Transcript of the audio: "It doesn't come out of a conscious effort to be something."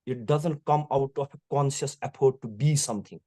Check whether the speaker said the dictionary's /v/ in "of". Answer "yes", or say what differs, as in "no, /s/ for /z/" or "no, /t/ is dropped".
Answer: no, /f/ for /v/